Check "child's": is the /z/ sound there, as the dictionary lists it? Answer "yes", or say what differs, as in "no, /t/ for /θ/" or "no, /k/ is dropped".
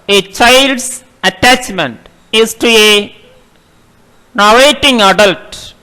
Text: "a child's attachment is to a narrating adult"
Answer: no, /s/ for /z/